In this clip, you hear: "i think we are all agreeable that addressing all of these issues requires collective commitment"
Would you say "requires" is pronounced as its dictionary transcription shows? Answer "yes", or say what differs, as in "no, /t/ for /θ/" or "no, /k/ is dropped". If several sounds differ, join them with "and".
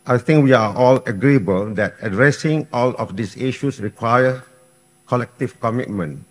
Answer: no, /z/ is dropped